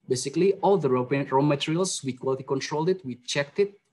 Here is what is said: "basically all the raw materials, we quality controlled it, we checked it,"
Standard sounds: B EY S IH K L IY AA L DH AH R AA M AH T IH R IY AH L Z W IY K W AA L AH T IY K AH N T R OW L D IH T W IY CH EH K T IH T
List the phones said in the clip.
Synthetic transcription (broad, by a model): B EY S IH K L IY AA L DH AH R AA M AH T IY R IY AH L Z W IY K W AA L AH T IY K AH N T R OW L D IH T W IY CH EH K T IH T